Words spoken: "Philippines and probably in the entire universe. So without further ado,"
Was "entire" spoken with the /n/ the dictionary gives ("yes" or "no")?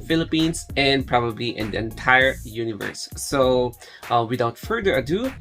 yes